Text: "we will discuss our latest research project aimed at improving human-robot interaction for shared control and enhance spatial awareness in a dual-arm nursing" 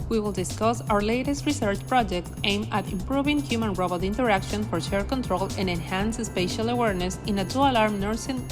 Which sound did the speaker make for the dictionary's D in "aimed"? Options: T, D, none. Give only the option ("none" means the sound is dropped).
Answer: none